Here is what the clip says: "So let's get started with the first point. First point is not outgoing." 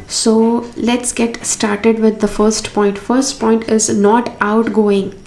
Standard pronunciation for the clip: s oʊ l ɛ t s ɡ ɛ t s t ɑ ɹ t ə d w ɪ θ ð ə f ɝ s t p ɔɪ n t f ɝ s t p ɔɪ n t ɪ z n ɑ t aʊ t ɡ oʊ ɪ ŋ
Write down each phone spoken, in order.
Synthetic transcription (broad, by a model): s oʊ l ɛ t s ɡ ɛ t s t ɑ ɹ t ə d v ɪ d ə f ɝ s t p ɔɪ n t f ɝ s t p ɔɪ n t ɪ z n ɑ t aʊ t ɡ oʊ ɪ ŋ